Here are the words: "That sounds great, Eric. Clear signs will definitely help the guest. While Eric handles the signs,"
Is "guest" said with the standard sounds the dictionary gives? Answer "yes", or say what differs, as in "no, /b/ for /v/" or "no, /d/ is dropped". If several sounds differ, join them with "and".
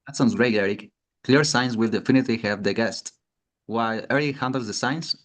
yes